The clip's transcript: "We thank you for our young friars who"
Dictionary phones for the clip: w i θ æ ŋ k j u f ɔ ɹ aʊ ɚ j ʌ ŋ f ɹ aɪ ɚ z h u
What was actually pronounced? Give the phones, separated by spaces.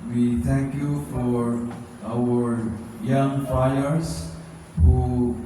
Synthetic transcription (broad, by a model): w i t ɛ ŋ k j u f ɔ ɹ aʊ ɚ j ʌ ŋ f aɪ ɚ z h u